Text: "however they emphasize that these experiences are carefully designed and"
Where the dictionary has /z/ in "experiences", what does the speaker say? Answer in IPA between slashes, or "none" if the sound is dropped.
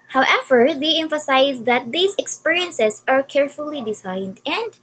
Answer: /s/